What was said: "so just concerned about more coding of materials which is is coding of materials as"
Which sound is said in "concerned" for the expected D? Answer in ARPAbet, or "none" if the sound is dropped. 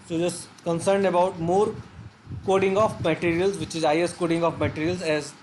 D